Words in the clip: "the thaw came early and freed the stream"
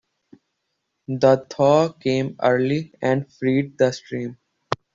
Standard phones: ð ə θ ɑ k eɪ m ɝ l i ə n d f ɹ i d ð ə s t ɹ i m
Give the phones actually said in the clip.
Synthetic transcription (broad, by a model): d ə t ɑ k eɪ m ɝ l i ə n d f ɹ i d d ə s t ɹ i m